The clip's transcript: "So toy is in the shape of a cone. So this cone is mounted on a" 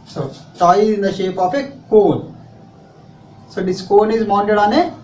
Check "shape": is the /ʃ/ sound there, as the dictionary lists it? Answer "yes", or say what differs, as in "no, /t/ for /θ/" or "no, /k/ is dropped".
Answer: yes